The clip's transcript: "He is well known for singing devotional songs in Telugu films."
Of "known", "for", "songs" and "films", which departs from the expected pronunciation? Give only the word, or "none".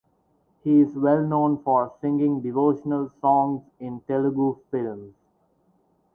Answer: none